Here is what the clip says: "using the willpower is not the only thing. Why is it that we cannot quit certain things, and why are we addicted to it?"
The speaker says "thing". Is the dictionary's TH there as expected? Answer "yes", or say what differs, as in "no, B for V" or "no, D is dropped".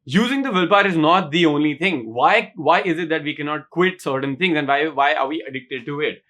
no, T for TH